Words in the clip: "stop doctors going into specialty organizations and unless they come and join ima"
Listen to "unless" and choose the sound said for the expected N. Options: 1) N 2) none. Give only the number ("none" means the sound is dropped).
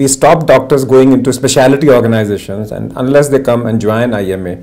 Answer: 1